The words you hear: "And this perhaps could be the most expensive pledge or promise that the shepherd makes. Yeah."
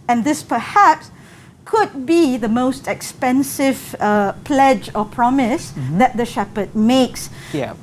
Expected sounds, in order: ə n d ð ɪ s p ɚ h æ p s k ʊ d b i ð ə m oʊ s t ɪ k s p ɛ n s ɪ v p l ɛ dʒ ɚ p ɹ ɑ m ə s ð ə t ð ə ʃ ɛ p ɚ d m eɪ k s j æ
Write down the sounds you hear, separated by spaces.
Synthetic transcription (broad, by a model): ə n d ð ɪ s p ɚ h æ p s k ʊ d b i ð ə m oʊ s t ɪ k s p ɛ n s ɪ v p l ɛ dʒ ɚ p ɹ ɑ m ə s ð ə t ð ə ʃ ɛ p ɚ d m eɪ k s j